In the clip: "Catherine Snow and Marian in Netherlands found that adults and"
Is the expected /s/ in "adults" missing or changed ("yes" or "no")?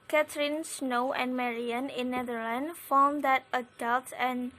yes